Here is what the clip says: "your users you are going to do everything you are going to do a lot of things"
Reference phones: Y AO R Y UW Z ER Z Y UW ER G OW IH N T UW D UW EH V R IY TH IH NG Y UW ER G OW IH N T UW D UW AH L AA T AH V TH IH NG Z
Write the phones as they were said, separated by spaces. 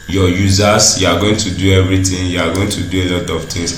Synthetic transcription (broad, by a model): Y AO Y UW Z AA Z Y UW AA G OW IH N T UW D UW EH V R IY T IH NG Y UW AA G OW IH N T UW D UW AH L AA T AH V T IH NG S